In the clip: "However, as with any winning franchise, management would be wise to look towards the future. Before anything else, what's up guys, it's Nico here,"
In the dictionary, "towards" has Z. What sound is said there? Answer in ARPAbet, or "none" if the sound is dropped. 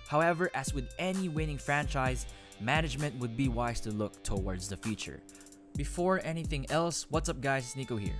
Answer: Z